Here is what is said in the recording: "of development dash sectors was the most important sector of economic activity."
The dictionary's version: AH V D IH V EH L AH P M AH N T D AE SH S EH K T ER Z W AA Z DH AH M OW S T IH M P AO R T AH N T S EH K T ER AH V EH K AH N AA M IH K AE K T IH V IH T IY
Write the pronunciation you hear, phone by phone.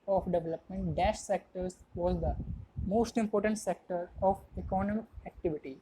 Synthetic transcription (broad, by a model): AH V D IH V EH L AH P M AH N T D AE SH S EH K T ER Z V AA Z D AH M OW S T IH M P AO R T AH N T S EH K T ER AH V EH K AH N AA M IH K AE K T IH V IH T IY